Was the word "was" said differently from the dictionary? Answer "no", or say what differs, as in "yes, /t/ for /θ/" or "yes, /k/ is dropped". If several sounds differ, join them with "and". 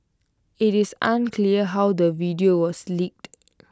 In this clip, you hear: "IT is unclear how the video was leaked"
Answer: yes, /s/ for /z/